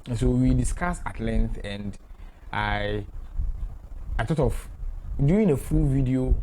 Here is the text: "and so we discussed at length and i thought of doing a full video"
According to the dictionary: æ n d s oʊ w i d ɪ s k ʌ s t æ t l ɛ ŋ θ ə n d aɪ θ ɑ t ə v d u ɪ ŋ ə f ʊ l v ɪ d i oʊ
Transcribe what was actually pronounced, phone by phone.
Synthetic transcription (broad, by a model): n s oʊ w i d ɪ s k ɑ s ɑ t l ɛ ŋ θ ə n d aɪ t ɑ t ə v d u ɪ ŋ ə f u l v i d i oʊ